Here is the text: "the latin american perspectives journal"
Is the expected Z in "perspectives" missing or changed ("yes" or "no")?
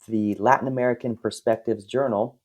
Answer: no